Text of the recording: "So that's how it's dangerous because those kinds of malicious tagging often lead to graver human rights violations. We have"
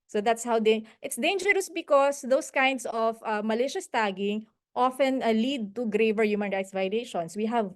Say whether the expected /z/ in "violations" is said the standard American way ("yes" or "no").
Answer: no